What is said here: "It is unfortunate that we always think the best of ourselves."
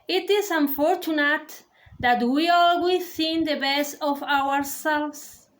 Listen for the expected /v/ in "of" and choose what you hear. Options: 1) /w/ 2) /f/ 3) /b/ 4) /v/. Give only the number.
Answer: 1